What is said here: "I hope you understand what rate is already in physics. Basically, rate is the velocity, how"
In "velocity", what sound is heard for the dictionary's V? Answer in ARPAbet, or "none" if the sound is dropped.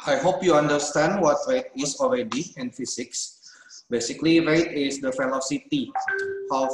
F